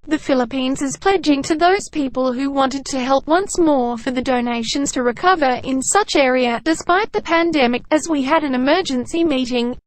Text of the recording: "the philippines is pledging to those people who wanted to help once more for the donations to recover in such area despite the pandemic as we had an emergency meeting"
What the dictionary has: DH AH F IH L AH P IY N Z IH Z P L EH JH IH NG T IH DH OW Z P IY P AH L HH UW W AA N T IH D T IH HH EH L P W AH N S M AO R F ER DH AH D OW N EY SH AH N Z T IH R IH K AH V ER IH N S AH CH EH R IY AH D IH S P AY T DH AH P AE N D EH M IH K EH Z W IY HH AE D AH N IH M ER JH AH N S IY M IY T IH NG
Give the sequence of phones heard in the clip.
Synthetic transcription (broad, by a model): DH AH F IH L AH P IY N Z IH Z P L EH JH IH NG T IH DH OW Z P IY P AH L HH UW W AA N T IH D T IH HH EH L P W AH N S M AO R F ER DH AH D OW N EY SH AH N Z T IH R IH K AH V ER IH N S AH CH EH R IY AH D IH S P AY T DH AH P AE N D EH M IH K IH Z W IY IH D AH N IH M ER JH AH N S IY M IY T IH NG